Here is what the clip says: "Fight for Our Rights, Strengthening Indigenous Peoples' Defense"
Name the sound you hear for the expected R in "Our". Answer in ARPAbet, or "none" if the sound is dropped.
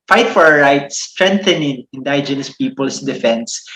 R